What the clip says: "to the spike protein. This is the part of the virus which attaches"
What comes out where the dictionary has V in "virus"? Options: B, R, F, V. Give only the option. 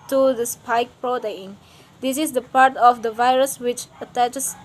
V